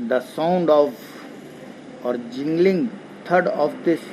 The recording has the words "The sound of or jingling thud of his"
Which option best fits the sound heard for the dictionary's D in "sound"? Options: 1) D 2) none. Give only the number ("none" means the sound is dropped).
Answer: 1